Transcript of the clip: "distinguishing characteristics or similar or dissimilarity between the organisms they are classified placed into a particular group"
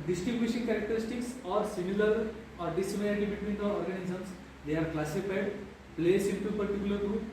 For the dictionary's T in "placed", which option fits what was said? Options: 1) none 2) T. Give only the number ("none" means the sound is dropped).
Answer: 1